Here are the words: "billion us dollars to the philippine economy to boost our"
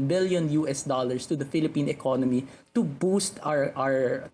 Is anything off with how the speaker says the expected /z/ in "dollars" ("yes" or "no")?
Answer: yes